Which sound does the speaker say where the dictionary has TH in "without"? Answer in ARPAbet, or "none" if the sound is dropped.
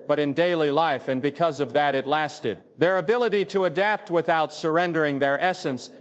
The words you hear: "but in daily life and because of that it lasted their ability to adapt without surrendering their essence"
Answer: TH